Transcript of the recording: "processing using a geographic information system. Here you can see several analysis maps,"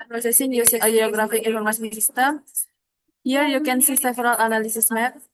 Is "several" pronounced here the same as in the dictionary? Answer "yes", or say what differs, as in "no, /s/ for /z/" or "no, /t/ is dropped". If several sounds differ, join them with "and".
no, /f/ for /v/